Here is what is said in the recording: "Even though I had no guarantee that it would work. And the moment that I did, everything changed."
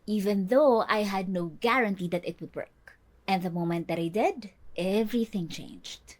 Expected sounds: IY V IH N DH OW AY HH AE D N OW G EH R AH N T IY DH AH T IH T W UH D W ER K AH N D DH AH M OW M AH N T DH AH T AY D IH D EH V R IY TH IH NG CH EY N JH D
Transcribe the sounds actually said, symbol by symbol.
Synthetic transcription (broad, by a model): IY V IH N DH OW AY HH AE D N OW G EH R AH N T IY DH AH T IH T W UH D W ER K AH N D DH AH M OW M AH N T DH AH T AY D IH D EH V R IY TH IH NG CH EY N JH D